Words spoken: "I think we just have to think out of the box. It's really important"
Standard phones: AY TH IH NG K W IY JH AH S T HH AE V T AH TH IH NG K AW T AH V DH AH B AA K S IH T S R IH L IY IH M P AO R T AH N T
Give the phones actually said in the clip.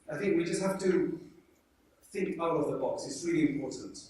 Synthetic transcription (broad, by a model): AY TH IH NG K W IY JH AH S T HH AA F T AH TH IH NG K AW T AH V DH AH B AA K S IH T S R IH L IY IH M P AO R T N T